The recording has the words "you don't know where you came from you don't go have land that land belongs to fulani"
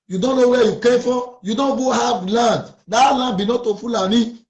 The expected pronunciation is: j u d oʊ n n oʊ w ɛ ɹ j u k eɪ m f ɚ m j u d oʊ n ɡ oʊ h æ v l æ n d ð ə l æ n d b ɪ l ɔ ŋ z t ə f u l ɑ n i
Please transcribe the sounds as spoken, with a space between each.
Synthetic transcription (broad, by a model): j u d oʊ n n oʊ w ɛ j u k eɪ f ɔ j u d oʊ n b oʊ h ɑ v l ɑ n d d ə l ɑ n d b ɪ n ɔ t ə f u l ɑ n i